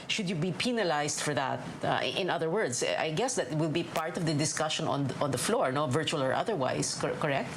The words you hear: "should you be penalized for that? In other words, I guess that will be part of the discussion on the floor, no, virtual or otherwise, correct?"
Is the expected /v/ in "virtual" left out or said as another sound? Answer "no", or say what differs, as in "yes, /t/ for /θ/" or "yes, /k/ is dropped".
no